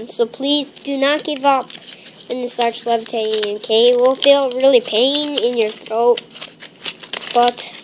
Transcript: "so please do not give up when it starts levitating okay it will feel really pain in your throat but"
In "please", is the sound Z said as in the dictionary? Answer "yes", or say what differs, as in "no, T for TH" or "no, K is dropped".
yes